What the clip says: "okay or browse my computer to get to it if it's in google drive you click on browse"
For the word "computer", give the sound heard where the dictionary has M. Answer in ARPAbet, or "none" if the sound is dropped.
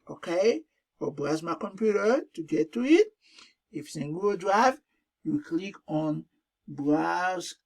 M